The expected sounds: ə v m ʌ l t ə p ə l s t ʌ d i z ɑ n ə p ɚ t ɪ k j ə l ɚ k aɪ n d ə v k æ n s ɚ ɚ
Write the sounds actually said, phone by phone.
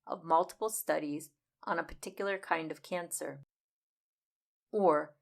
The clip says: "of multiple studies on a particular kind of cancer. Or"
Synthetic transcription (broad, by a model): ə v m ʌ l t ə p l s t ʌ d i z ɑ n ə p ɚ t ɪ k j l ɚ k aɪ n d ə v k æ n s ɚ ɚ